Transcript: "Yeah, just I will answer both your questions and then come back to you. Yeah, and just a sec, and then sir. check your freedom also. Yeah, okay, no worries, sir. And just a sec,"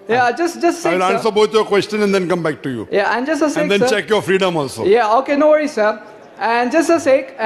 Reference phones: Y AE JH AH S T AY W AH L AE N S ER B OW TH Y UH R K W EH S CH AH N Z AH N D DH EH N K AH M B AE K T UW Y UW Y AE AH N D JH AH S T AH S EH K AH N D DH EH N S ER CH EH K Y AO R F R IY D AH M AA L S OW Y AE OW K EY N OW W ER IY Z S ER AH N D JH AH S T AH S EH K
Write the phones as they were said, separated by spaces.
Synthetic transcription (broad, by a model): Y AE JH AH S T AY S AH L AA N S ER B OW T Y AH K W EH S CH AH N AH N D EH N K AH M B AE K T UW Y UW Y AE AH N JH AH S AH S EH AH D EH N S CH EH K Y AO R F R IY D AH M AA L S OW Y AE OW K EY N OW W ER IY S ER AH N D JH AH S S AH S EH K